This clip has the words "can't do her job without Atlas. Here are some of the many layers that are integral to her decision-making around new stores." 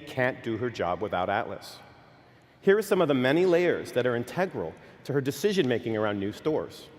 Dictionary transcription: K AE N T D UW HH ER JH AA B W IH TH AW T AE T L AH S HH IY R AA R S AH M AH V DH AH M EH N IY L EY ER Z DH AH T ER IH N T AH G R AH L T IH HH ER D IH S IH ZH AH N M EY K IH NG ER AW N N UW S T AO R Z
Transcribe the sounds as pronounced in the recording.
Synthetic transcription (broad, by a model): K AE N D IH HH ER JH AA B W IH TH AW T AE T L AH S HH IY R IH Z S AH M AH V DH AH M EH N IY L EY ER Z DH AH T ER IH N T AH G R L T IH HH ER D IH S IH ZH AH N M EY K IH NG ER AW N N UW S T AO R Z